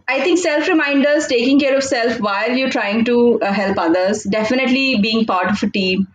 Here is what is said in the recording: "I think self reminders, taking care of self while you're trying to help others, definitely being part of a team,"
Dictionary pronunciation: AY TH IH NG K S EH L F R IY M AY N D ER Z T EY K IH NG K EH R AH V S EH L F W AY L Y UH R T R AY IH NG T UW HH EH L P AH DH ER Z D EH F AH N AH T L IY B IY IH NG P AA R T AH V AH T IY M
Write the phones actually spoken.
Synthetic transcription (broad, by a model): AY T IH NG K S EH L F R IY M AY N D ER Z T EY K IH NG K EH R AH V S EH L F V AY L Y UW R T R AY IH NG T UW HH EH L P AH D ER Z D EH F AH N AH T L IY B IY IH NG P AA R T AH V AH T IY M